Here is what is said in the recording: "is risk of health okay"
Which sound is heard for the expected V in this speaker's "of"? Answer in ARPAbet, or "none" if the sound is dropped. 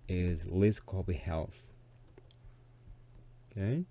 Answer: B